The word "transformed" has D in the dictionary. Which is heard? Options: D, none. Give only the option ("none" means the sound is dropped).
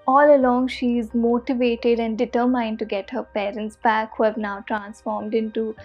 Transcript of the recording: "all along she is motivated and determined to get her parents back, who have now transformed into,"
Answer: D